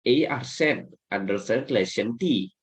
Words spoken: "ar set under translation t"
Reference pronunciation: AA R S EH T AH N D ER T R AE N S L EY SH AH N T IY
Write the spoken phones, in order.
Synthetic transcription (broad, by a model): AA R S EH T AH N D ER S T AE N L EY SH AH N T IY